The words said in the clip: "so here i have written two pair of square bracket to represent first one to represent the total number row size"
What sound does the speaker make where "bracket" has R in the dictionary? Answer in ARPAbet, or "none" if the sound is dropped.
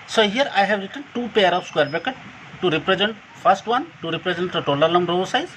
none